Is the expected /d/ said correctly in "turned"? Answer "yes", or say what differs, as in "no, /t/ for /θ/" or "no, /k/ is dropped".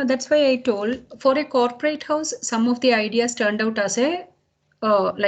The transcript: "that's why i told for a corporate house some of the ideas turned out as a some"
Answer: yes